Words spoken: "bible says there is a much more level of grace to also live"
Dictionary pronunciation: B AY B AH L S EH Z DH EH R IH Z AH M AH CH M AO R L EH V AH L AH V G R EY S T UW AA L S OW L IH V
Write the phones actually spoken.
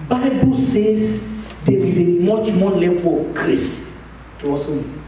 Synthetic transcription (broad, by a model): B AY B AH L S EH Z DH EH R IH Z AH M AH CH M AO L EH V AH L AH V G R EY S T UW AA S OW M